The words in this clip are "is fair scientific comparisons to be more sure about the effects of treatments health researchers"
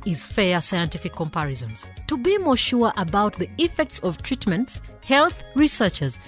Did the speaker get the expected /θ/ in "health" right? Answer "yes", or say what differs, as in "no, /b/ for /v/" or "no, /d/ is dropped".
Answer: yes